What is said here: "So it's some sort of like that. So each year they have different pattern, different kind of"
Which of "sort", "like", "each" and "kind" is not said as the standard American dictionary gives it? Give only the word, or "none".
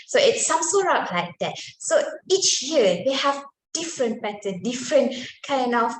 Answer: sort